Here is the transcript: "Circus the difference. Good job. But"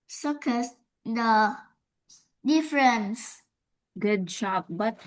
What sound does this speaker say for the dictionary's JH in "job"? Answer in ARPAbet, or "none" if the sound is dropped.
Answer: SH